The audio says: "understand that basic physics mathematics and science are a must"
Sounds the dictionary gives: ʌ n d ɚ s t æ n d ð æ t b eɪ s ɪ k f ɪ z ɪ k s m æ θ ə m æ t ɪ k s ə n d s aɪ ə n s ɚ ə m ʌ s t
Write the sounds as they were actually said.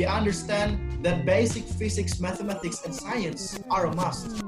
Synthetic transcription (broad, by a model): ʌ n d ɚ s t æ n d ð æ t b eɪ s ɪ k f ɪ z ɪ k s m æ θ ə m æ t ɪ k s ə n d s aɪ ə n s ɚ ə m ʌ s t